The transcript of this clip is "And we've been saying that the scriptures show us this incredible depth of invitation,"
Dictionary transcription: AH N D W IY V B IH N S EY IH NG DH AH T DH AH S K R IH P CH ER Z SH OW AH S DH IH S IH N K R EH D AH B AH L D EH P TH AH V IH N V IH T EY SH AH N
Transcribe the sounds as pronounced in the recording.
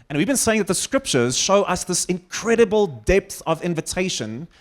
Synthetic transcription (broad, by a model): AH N W IY V B IH N S EY IH NG DH AH T DH AH S K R IH P CH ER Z SH OW AH S DH IH S IH N K R EH D AH B AH L D EH P TH AH V IH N V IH T EY SH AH N